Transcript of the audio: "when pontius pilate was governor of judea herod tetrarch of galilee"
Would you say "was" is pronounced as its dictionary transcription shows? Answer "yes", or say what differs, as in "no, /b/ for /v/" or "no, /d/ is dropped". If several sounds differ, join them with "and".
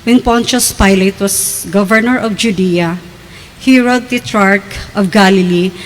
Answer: no, /s/ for /z/